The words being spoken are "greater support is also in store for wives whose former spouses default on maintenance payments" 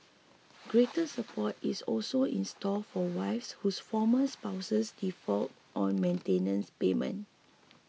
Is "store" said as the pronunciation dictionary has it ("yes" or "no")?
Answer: no